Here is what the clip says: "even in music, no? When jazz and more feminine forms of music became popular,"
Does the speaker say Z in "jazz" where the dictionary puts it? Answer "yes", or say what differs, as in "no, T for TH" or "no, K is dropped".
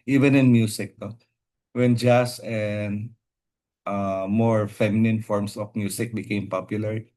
no, S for Z